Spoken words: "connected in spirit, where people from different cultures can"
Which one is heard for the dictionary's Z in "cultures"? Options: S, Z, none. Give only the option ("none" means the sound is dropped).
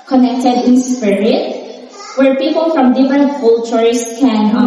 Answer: S